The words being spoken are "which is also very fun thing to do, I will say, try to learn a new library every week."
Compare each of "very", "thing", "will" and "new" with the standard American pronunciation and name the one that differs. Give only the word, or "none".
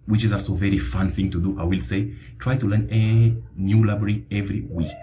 none